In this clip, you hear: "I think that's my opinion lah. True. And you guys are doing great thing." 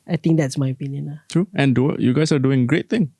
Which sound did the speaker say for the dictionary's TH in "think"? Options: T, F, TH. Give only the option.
T